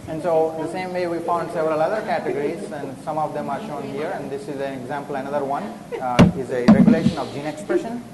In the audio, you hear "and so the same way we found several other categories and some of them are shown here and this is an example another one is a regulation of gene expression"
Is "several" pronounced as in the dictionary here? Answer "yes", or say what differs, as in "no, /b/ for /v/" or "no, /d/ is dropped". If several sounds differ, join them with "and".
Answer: yes